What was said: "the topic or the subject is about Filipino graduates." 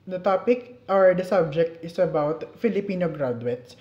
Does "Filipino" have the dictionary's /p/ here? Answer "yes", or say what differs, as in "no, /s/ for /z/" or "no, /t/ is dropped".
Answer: yes